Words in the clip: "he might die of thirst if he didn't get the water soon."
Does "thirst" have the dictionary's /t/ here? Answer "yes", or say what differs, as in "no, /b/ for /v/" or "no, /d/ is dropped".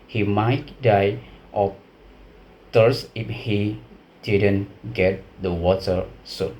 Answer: no, /t/ is dropped